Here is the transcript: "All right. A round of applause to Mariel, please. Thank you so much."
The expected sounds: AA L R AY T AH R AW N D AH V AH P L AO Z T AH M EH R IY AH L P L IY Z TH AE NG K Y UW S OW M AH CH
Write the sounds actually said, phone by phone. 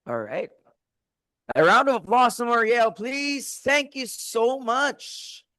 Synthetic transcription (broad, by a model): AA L R AY T AH R AW N D AH V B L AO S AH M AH R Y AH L P L IY Z TH AE NG K Y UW S OW M AH CH